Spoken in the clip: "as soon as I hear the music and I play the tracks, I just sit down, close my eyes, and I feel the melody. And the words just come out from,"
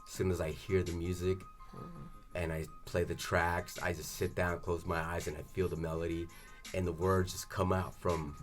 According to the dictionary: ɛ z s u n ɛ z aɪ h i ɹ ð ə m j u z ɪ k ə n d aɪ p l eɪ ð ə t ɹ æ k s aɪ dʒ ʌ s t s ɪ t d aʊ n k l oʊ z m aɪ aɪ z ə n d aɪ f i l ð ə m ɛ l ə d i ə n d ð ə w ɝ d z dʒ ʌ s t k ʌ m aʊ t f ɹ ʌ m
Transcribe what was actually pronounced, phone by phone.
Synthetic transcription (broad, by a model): s u n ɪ z aɪ h i ɹ ð ə m j u z ɪ k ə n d aɪ p l eɪ ð ə t ɹ æ k s aɪ dʒ ʌ s t s ɪ t d aʊ n k l oʊ z m aɪ aɪ z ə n aɪ f i l ð ə m ɛ l ə d i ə n ð ə w ɝ d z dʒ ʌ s k ʌ m aʊ t f ɹ ʌ m